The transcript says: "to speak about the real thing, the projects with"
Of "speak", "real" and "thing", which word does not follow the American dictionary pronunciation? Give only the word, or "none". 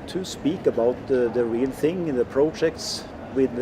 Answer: none